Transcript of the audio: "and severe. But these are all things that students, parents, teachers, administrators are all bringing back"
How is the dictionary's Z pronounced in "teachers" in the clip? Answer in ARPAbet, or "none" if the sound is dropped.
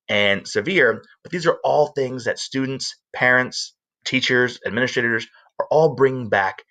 Z